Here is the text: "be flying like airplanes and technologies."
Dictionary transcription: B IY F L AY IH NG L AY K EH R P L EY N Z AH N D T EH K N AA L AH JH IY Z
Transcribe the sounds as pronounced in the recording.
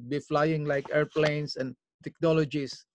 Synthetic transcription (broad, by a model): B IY F L AY IH NG L AY K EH R P L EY N S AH N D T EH K N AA L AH JH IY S